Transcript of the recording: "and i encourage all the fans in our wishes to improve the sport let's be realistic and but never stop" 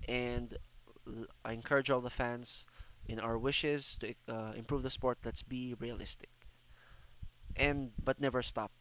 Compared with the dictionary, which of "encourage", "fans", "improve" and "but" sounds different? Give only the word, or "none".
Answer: fans